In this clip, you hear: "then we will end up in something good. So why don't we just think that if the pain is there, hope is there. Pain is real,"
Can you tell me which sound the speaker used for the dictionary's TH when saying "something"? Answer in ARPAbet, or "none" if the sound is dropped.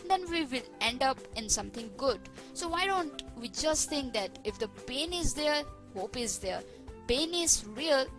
T